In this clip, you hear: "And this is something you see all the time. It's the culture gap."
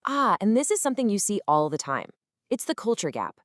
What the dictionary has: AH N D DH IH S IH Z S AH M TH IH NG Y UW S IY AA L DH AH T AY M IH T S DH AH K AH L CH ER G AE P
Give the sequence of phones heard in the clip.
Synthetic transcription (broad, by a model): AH N DH IH S IH Z S AH M TH IH NG Y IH S IY AA L DH AH T AY M IH T S DH AH K AH L CH ER G AE P